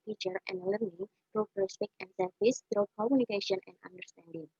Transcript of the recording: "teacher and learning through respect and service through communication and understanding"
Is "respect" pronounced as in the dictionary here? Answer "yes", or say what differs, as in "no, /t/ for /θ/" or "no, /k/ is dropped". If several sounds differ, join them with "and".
no, /t/ is dropped